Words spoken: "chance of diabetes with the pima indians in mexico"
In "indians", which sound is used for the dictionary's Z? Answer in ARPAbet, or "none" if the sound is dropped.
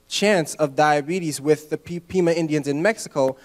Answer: Z